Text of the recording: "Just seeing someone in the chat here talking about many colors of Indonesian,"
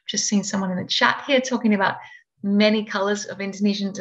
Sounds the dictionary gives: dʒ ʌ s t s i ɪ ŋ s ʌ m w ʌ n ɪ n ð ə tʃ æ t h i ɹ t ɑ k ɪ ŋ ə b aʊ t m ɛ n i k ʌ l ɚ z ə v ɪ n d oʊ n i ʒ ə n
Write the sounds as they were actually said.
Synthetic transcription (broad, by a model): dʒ ʌ s t s i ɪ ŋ s ʌ m w ʌ n ɪ n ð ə tʃ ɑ t h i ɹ t ɑ k ɪ ŋ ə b aʊ t m ɛ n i k ʌ l ɚ z ə v ɪ n d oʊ n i ʒ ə n